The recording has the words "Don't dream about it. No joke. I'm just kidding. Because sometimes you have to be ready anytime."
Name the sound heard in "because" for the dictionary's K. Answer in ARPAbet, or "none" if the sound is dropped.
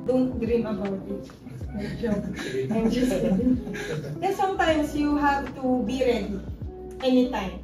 none